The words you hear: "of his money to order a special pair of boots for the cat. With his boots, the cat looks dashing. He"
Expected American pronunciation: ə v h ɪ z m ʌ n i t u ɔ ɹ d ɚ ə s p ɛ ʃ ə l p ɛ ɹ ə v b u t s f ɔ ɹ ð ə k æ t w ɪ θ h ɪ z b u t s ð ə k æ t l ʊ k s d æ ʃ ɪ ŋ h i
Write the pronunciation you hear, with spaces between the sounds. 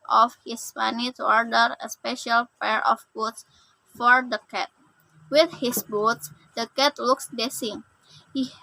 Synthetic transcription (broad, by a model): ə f h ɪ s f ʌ n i t u ɔ ɹ d ɚ ə s p ɛ ʃ ə l p ɛ ɹ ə f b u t s f ɔ ɹ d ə k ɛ t w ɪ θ h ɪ s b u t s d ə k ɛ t l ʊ k s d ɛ s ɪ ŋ h i